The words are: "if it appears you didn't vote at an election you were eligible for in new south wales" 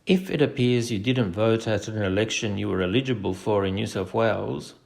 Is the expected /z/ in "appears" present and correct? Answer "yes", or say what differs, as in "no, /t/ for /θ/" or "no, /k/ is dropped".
yes